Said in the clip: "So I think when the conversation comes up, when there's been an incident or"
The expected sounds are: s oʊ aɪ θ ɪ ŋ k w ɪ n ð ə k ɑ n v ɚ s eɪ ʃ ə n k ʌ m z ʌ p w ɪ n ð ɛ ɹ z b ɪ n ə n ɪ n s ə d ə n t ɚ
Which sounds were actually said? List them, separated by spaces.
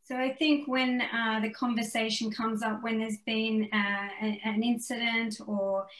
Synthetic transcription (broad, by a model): s oʊ aɪ θ ɪ ŋ k w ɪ n ð ə k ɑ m v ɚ s eɪ ʃ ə n k ʌ m z ʌ p w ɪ n ð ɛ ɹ z b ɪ n ə n ɪ n s ə d ə n t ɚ